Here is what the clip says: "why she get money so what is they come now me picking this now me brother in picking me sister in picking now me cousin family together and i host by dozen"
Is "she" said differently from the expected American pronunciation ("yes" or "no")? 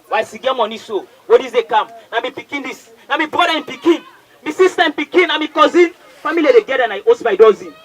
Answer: yes